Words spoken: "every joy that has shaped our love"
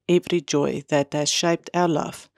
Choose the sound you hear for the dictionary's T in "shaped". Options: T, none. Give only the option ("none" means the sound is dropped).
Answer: T